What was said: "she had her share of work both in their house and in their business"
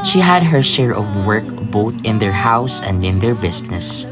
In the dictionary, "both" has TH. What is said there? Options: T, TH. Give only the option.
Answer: TH